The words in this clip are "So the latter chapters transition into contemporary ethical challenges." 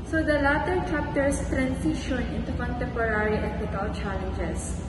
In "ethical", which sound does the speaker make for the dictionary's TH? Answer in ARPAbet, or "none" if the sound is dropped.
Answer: T